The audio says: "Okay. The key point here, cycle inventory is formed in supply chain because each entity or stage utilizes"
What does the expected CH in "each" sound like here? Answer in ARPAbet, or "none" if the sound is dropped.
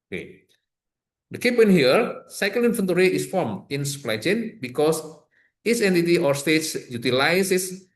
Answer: S